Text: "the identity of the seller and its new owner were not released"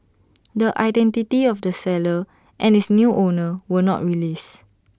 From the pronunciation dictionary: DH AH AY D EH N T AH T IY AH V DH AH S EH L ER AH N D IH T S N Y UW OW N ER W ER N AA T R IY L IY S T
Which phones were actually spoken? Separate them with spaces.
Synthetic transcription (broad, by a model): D AH AY D EH N T AH T IY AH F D AH S EH L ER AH N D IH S N Y UW OW N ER W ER N AA T R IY L IY S